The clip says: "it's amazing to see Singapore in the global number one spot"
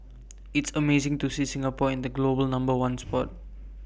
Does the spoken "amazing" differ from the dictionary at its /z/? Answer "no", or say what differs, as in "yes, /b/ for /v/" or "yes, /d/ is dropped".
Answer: yes, /s/ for /z/